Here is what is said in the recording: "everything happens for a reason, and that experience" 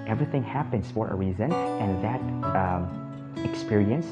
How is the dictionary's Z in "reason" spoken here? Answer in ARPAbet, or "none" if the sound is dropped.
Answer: Z